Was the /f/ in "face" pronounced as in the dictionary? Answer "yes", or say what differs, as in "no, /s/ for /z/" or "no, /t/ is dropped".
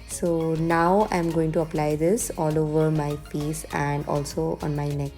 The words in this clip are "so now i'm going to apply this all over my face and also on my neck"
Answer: no, /p/ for /f/